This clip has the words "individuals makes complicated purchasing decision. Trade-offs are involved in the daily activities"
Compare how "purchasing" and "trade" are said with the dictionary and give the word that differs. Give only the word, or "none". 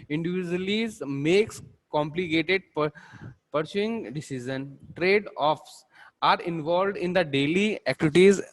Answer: purchasing